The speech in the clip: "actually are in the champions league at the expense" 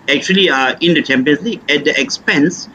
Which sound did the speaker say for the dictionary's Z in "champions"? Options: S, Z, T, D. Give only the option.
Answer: S